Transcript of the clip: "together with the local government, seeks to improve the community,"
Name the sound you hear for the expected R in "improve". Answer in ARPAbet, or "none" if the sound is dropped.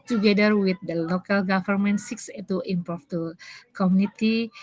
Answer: none